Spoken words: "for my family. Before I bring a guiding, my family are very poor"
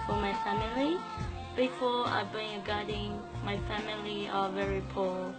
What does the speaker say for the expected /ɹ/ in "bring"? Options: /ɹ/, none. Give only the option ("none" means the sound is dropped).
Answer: none